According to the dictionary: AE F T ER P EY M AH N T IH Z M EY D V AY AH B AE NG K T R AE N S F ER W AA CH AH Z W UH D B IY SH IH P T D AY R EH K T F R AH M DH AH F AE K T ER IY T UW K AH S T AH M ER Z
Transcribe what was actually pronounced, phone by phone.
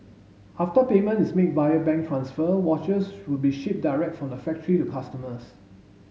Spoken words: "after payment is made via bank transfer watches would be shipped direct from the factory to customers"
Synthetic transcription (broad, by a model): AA F T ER P EY M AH N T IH S M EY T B AY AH B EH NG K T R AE N S F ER W AA CH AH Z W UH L B IY SH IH P D AY R EH K T F R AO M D AH F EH K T ER IY T UW K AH S T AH M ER S